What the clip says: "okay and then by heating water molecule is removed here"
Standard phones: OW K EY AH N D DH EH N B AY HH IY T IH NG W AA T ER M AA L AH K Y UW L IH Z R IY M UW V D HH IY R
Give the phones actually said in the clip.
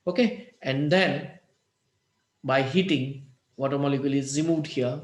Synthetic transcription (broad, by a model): OW K EY AH N D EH N B AY HH IY T IH NG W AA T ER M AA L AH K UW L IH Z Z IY M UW D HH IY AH